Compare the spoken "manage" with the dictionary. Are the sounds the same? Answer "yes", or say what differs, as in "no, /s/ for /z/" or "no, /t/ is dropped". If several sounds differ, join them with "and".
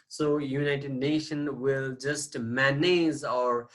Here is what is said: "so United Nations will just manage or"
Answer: no, /z/ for /dʒ/